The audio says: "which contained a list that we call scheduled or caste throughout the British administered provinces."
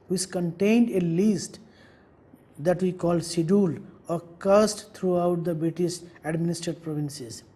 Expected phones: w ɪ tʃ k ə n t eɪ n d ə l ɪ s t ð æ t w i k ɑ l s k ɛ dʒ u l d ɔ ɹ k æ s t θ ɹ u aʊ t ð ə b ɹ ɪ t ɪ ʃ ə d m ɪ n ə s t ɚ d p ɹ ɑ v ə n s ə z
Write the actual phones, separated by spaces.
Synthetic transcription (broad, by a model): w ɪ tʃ k ə n t eɪ n d ə l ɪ s t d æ t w i k ɑ l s i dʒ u l ɔ ɹ k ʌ s t t ɹ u aʊ t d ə b ɹ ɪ t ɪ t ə d m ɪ n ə s t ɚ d p ɹ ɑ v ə n s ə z